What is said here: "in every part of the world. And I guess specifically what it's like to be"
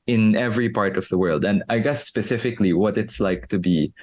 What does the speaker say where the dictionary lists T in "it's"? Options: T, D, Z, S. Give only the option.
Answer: T